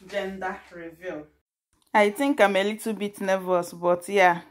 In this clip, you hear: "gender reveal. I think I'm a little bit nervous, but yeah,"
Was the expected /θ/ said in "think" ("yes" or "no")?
no